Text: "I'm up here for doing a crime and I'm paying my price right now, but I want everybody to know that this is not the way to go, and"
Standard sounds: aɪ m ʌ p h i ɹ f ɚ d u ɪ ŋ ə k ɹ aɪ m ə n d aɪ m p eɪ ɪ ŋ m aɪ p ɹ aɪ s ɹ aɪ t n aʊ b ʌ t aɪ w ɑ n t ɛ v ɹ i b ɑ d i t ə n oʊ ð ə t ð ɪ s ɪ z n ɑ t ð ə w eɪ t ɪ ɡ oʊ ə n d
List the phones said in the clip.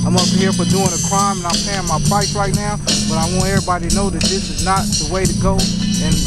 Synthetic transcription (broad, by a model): aɪ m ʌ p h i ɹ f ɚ d u ɪ ŋ ə k ɹ aɪ m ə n aɪ m p eɪ ɪ ŋ m aɪ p aɪ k ɹ aɪ t n aʊ b ʌ t aɪ w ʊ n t ɛ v ɹ i b ɑ d i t n oʊ ð ə t ð ɪ s ɪ z n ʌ t ð ə w eɪ t ɪ ɡ oʊ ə n